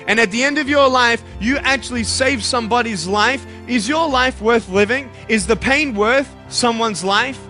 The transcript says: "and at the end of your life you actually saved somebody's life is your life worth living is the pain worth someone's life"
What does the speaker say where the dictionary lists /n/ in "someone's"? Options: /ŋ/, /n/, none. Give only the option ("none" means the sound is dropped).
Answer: /n/